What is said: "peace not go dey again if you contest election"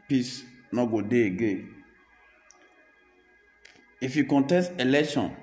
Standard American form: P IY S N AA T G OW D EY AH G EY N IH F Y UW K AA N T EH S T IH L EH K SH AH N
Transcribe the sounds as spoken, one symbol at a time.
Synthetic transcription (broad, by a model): P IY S N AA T G OW D EY G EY IH F Y UW K AA N T EH S T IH L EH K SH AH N